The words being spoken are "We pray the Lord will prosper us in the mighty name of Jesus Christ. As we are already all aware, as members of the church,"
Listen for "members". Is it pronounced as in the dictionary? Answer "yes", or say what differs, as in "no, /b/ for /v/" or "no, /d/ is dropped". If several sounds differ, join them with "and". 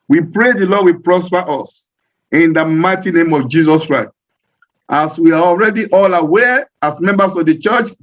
no, /s/ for /z/